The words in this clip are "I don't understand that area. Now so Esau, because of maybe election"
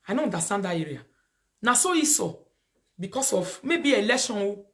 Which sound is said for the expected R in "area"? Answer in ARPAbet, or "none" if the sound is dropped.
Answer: R